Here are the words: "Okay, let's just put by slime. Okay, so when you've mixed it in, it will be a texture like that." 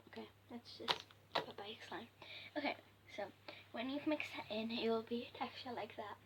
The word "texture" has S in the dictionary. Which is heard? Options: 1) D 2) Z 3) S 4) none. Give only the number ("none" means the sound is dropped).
4